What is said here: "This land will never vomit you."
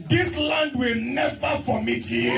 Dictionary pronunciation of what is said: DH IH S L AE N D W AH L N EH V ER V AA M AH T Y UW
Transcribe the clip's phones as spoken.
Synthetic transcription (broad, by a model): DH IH S L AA N D W AH L N EH V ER F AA M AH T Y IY